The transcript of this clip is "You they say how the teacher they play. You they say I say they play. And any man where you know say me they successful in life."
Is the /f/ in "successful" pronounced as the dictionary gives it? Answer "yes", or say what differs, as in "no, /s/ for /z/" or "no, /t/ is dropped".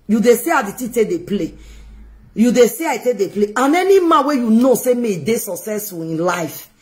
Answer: no, /f/ is dropped